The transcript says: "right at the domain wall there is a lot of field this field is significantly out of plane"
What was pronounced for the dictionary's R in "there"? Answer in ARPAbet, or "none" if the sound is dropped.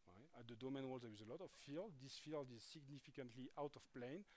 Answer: W